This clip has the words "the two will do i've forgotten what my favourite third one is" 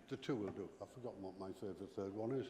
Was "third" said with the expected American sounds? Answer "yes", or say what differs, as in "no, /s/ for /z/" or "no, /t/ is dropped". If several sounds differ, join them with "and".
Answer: yes